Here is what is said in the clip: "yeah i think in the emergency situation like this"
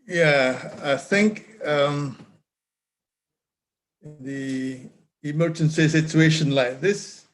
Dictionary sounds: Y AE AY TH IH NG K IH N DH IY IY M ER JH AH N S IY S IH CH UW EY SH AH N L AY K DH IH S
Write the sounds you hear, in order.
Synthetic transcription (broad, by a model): Y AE AY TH IH NG K IH N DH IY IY M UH SH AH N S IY S IH CH UW EY SH AH N L AY K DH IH S